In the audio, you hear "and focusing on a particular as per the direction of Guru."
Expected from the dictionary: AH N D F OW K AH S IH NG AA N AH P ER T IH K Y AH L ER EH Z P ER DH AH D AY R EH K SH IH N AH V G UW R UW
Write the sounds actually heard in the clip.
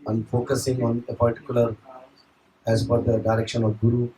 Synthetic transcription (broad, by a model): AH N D F OW K AH S IH NG AA N AH P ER T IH K Y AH L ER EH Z F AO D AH D AY R EH K SH IH N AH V G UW R UW